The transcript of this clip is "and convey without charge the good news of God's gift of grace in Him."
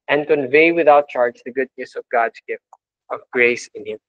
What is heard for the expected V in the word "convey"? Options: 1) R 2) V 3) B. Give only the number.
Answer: 2